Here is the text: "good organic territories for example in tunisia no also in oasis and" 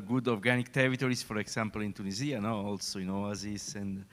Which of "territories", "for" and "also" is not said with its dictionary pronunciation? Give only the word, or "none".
territories